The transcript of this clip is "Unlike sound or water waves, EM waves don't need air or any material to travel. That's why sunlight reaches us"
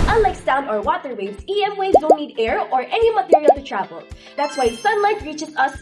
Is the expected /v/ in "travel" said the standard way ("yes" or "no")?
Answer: yes